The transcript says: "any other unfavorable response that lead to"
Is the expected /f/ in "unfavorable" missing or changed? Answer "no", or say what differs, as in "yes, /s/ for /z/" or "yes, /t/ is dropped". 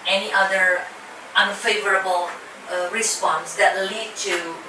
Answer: no